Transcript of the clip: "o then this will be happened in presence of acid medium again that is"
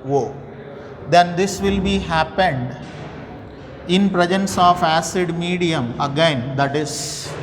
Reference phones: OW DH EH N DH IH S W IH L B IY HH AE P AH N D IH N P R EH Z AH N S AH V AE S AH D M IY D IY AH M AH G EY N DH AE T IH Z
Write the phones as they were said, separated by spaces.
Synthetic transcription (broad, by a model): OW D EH N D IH S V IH L B IY HH AE P AH N D IH N P R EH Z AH N S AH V AE S AH D M IY D IY AH M AH G EY N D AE T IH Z